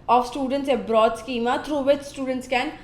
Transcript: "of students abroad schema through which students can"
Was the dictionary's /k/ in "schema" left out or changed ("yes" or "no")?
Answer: no